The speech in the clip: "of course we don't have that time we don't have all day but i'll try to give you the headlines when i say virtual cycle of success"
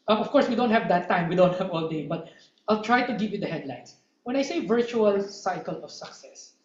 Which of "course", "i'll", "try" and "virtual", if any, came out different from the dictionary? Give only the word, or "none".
none